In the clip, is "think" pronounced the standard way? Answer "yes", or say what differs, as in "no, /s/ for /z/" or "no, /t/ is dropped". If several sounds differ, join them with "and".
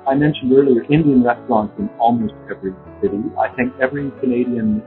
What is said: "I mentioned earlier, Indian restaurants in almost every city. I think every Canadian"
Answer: yes